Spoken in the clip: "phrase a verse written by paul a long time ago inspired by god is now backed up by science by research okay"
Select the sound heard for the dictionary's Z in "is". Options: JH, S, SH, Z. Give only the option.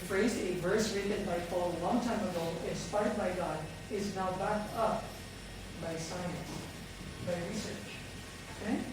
Z